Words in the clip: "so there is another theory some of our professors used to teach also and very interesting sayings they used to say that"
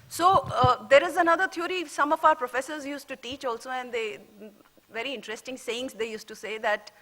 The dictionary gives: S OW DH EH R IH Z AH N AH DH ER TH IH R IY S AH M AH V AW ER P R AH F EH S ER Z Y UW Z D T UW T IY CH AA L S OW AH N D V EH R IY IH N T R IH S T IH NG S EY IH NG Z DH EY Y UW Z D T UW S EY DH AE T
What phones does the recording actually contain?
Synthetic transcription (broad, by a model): S OW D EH R IH Z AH N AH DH ER T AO R IY S AH M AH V AW ER P R AH F EH S ER Z Y UW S T UW T IY CH AA L S OW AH N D V EH R IY IH N T R IH S T IH NG S EY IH NG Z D EY Y UW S T UW S EY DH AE T